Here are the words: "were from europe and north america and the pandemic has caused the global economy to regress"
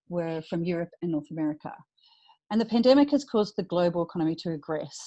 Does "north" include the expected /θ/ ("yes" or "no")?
yes